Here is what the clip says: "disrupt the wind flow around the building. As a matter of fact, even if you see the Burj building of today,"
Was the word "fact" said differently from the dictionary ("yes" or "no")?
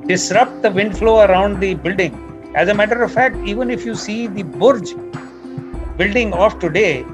no